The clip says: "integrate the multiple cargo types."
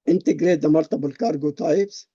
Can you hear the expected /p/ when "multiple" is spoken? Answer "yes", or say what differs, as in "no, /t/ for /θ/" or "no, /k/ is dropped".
no, /b/ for /p/